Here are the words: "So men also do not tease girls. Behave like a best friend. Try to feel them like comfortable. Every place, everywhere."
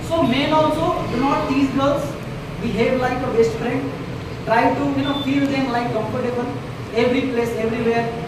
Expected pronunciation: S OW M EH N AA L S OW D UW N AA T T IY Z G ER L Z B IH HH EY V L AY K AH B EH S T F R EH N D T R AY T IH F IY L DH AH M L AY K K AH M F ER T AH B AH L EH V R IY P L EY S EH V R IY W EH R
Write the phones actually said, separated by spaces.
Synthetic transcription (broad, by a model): S OW M EH N AA L S OW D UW N AA T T IY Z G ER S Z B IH HH EY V L AY K AH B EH S T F R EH N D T R AY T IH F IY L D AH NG L AY K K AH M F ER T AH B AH N EH V R IY P L EY S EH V R IY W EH R